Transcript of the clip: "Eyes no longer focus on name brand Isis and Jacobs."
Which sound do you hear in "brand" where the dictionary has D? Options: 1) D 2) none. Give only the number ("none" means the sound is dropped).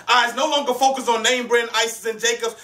2